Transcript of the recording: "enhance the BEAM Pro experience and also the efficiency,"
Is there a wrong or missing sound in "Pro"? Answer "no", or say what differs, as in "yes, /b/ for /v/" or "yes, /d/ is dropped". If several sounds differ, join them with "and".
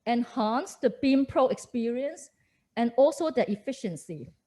no